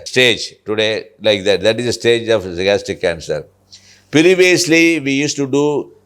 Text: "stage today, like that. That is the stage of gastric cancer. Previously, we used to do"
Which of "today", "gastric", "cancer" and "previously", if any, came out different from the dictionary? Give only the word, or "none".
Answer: gastric